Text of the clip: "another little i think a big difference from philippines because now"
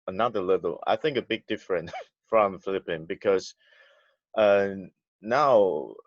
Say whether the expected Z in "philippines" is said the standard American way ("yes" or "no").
no